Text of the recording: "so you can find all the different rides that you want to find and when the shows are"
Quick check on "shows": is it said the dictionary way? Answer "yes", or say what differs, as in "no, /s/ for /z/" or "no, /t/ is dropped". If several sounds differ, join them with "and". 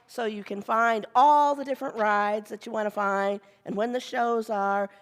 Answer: yes